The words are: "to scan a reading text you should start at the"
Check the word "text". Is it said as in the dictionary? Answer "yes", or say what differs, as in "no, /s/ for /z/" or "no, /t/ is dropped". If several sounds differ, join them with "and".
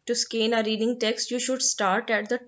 yes